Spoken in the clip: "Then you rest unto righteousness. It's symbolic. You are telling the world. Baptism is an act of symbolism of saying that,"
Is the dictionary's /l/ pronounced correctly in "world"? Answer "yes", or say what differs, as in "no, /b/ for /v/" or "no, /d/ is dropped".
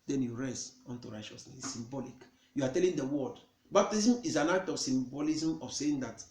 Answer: no, /l/ is dropped